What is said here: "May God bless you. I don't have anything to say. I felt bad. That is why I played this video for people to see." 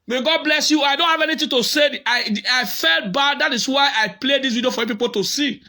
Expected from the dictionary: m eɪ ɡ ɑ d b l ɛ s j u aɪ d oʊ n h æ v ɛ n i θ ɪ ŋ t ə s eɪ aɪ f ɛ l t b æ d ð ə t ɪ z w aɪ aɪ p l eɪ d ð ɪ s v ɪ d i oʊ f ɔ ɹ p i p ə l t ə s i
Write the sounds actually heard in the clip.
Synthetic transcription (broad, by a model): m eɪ ɡ ɑ d b l ɛ s j u aɪ d oʊ n h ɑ v ɛ n i t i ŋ t ə s eɪ aɪ f ɛ l t b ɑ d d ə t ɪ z w aɪ aɪ p l eɪ d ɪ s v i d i oʊ f ɔ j p i p ə l t ə s i